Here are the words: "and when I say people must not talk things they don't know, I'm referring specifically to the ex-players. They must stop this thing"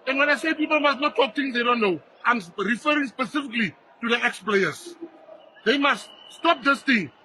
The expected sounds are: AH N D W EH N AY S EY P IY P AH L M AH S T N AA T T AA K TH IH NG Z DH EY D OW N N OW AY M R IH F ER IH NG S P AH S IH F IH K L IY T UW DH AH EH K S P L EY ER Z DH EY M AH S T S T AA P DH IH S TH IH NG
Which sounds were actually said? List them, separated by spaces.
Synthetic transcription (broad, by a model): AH N W EH N AY S EY P IY P AH L M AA S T N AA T T AA K T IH NG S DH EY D OW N N OW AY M R IH F ER IH NG S P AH S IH F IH K L IY T UW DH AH EH K S P L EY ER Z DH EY M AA S T S T AA P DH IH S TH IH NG